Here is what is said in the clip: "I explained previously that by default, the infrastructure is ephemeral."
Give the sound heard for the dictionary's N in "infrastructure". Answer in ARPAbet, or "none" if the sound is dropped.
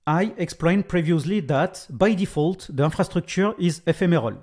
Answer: none